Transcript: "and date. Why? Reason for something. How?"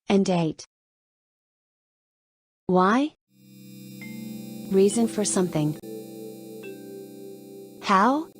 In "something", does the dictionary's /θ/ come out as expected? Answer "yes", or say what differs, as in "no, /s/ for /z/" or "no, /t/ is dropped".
yes